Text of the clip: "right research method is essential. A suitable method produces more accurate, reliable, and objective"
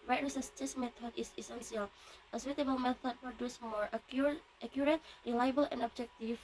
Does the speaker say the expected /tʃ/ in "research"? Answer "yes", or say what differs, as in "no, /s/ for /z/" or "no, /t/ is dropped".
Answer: no, /s/ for /tʃ/